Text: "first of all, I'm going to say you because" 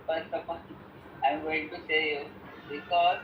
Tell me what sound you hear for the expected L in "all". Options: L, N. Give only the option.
N